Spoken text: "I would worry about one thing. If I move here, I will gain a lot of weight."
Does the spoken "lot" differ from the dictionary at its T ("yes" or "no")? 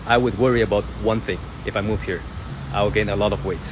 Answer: no